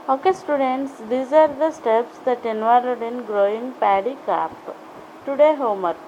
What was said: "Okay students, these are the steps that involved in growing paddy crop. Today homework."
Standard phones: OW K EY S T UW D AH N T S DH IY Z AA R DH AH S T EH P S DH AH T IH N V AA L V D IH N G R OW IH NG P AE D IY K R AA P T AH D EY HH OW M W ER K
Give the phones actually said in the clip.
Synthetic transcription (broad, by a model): OW K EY S T UW D AH N T S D IY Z AA R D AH S T EH P S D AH T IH N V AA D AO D IH N G R OW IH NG P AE D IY K AA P T AH D EY HH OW M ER